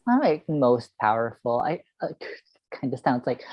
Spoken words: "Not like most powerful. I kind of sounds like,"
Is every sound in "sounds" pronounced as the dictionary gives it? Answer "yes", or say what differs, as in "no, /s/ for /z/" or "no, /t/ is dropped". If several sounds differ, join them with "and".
yes